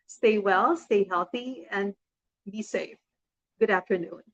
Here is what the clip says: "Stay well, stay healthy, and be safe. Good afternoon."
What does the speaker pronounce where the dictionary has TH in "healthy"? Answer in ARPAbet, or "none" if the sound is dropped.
TH